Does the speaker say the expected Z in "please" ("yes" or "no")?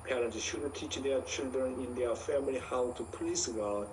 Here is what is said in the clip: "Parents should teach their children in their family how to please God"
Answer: no